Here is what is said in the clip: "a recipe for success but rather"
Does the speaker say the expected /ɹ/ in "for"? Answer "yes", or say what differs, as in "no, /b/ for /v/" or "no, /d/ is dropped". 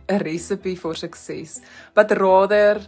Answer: yes